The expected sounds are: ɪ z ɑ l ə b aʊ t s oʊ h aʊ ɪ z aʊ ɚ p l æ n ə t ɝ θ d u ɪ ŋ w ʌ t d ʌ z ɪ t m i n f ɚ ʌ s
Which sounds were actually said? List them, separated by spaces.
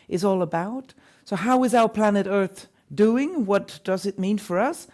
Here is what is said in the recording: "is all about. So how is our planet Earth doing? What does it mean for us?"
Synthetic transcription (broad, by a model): ɪ z ɑ l ə b aʊ t s oʊ h aʊ ɪ z aʊ ɚ p l æ n ə t ɝ θ d u ɪ ŋ w ʌ t d ʌ z ɪ t m i n f ɚ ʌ s